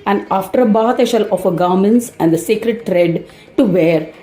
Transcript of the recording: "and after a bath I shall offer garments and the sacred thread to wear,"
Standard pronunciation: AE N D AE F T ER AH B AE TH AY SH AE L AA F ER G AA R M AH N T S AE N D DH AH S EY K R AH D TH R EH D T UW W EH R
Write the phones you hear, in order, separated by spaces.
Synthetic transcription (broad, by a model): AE N D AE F T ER AH B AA T AY SH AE L AA F ER G AA R M AH N T S AE N D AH S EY K R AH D T R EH D T UW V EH R